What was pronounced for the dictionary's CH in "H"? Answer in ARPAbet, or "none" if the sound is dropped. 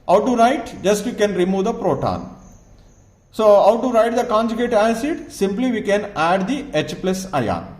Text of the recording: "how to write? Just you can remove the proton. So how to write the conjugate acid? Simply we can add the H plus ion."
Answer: CH